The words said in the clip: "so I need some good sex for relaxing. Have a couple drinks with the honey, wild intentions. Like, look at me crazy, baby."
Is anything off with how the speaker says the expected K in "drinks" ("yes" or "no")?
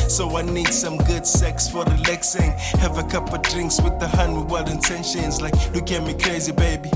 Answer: no